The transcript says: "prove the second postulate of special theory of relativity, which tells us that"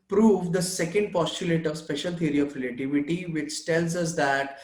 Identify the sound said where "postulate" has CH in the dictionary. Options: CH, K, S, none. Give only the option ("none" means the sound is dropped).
CH